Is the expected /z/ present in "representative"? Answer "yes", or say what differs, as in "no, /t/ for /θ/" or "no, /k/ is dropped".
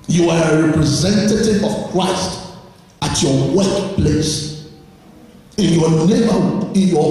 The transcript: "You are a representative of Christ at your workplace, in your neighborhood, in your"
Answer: yes